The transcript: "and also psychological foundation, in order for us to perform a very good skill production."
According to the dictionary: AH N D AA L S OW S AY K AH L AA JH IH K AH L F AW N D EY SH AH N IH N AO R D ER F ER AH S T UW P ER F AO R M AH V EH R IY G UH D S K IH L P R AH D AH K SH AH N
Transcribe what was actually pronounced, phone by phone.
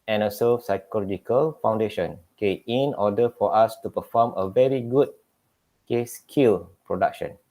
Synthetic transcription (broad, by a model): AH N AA S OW S AY K AH L AA JH IH K AH L F AW N D EY SH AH N IH N AO D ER F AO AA S T UW P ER F AO M AH V EH R IY G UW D S K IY L P R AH D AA K SH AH N